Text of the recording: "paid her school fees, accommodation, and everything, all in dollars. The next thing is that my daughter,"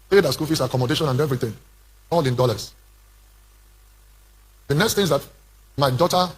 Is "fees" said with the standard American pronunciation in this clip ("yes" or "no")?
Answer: no